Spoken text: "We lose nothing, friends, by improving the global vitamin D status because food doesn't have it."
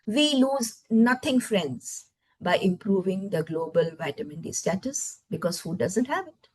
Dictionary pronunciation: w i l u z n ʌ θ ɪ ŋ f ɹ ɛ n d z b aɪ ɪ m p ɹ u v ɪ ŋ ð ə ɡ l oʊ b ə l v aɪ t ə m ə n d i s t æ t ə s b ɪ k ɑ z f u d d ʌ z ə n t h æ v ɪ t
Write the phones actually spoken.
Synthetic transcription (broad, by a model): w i l u z n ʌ t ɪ ŋ f ɹ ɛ n d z b aɪ ɪ m p ɹ u v ɪ ŋ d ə ɡ l oʊ b ə l v aɪ t ə m ə n d i s t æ t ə s b ɪ k ɑ z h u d d ʌ z ə n t h æ v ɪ t